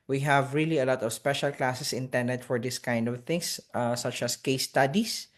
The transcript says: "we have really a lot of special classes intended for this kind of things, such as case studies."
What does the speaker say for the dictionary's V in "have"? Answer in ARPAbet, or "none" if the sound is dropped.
V